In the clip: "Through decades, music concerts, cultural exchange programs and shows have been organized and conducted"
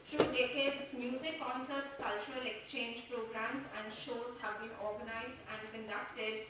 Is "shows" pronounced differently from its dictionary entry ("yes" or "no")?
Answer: no